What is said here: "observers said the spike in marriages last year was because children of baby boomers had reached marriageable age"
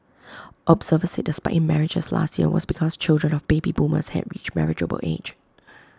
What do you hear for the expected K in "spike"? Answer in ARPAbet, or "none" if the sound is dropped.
none